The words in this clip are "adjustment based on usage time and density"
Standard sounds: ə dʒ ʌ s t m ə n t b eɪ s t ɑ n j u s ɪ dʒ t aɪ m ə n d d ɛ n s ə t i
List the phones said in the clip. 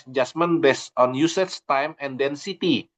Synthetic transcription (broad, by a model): dʒ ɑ s m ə n b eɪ s ɑ n j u s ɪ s t aɪ m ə n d d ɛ n s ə t i